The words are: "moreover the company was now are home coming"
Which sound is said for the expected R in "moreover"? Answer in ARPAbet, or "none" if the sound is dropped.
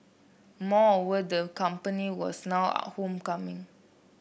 none